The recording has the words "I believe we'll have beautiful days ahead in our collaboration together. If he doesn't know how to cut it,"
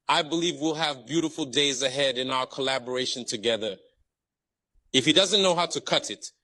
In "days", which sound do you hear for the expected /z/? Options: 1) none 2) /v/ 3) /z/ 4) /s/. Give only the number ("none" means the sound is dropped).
3